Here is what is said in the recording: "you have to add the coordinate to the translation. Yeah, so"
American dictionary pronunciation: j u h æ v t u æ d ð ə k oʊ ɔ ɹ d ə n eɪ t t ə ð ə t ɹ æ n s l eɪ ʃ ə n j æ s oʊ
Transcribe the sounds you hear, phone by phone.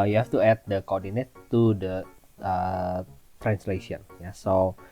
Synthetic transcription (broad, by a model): j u h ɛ f t u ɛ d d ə k oʊ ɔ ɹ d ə n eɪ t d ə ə t ɹ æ n s l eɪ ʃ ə n j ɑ s oʊ